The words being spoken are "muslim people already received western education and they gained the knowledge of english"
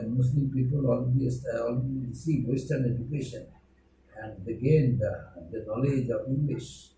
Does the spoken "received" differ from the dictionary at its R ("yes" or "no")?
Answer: yes